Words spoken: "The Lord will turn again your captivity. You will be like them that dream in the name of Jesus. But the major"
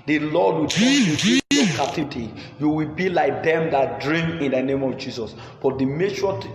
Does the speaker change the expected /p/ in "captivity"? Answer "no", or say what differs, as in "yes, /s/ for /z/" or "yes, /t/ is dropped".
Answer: yes, /p/ is dropped